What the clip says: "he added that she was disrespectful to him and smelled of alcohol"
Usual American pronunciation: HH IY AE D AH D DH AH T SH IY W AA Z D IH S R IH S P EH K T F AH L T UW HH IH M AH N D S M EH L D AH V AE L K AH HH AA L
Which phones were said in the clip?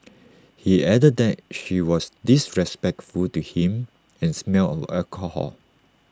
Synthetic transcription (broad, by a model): HH IY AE D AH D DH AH T SH IY W AA S D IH S R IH S P EH K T F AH L T UW HH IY M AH N S M EH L AH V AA K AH HH AA L